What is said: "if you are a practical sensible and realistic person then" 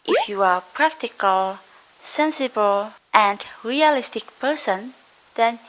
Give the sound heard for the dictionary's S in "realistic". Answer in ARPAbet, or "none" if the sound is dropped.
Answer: S